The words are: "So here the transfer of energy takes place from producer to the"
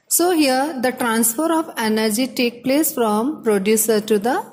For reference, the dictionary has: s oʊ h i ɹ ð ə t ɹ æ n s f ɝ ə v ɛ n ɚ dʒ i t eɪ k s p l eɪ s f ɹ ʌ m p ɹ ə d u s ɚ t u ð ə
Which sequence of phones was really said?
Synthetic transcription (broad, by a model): s oʊ h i ɹ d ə t ɹ æ n s f ɝ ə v ɛ n ɚ dʒ i t eɪ k p l eɪ s f ɹ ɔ m p ɹ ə d u s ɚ t u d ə